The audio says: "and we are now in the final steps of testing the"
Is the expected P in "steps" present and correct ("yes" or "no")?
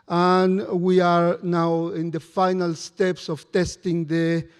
yes